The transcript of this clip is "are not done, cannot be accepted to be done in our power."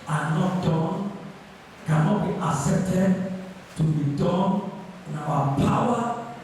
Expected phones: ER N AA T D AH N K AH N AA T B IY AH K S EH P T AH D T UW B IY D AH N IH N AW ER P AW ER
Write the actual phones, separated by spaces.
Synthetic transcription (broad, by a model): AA N AA T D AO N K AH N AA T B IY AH S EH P T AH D T UW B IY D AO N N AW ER P AW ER